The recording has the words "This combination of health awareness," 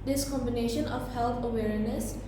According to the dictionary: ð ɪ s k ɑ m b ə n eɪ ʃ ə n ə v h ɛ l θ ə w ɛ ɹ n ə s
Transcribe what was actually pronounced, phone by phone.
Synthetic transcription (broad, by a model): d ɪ s k ɑ m b ə n eɪ ʃ ə n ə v h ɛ l t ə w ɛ ɹ n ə s